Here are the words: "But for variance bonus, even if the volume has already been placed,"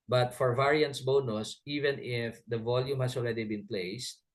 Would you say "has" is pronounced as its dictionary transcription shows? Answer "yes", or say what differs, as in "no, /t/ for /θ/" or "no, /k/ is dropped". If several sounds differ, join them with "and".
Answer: no, /s/ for /z/